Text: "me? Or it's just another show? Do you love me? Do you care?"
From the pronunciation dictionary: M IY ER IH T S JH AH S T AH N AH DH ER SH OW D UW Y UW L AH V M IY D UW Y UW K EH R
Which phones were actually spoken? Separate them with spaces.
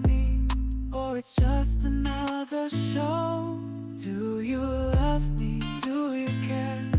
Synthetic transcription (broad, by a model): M IY ER IH T S JH AH S T AH N AH DH ER SH OW D UW Y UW L AH V M IY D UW Y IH K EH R